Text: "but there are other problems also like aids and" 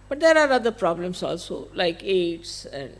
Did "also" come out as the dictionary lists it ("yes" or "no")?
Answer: yes